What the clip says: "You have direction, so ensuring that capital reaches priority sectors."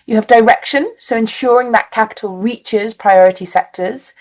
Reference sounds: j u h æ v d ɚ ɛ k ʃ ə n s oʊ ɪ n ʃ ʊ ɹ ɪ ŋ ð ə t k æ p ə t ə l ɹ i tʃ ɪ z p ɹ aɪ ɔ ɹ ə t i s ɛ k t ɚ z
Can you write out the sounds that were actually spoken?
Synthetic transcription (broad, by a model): j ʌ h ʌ v d ɚ ɛ k ʃ ə n s oʊ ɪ n ʃ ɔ ɹ ɪ ŋ ð ə t k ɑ p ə t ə l ɹ i tʃ ɪ z p ɹ aɪ ɔ ɹ ə t i s ɛ k t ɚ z